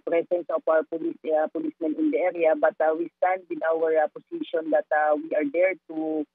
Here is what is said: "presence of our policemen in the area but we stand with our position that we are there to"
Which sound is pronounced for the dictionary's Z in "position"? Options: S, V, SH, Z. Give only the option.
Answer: S